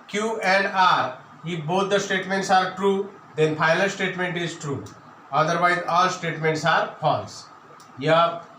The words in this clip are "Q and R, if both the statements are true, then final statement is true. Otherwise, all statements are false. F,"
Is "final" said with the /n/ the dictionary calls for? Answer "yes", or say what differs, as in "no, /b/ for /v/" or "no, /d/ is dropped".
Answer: no, /l/ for /n/